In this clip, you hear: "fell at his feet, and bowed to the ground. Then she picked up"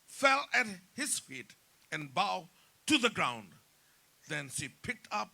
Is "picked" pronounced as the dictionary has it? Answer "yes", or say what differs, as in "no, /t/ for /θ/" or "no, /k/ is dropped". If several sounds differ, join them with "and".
yes